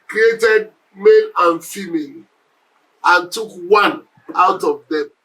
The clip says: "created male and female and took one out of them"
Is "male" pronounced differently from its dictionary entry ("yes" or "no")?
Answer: yes